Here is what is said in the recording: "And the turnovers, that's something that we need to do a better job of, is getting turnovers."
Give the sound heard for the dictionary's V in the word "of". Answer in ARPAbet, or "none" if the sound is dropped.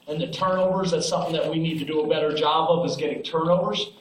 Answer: V